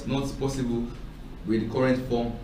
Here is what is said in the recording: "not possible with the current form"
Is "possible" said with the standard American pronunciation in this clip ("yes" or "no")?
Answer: yes